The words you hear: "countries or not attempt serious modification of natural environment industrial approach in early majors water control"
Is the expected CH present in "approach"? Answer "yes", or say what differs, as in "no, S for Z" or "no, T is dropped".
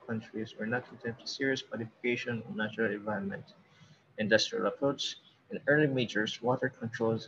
no, S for CH